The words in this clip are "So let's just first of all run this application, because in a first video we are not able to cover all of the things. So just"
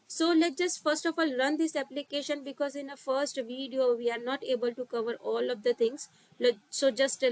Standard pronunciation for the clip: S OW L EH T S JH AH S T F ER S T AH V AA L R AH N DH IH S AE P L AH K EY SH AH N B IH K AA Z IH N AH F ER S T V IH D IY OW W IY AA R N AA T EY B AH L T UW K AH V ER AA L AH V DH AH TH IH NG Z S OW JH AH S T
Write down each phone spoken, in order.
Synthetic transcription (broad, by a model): S OW L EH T JH AH S T F ER S T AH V AA L R AH N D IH S AE P L AH K EY SH AH N B IH K AA Z IH N AH F ER S T V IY D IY OW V IY AA R N AA T EY B AH L T UW K AH V ER AA L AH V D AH T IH NG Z S OW JH AH S T